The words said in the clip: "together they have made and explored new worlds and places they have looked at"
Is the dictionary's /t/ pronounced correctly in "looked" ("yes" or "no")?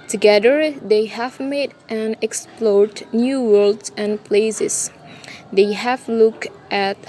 yes